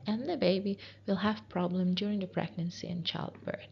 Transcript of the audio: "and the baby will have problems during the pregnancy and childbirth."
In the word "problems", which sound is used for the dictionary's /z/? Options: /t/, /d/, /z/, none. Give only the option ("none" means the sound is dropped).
none